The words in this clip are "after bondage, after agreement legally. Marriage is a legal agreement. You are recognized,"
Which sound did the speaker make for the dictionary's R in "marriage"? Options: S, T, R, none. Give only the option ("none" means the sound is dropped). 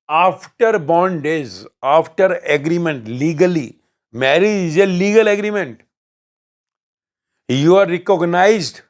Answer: R